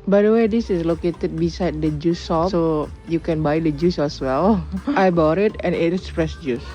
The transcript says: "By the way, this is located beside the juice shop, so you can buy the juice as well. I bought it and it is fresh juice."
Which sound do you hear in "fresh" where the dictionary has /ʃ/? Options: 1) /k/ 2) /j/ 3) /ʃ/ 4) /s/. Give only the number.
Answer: 4